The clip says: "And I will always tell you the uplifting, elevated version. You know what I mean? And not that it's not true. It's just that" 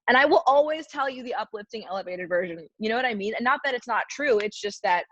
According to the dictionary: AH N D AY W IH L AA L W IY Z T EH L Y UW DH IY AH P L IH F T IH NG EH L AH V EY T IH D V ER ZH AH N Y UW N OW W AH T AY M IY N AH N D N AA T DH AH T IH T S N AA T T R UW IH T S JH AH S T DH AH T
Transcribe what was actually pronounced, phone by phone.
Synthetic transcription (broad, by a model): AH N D AY W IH L AA L W IY Z T EH L Y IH DH IY AH P L IH F T IH NG EH L AH V EY T IH D V ER ZH AH N Y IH N OW W AH T AY M IY N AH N N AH T DH AH T IH T S N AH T T R UW IH T S JH AH S T DH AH T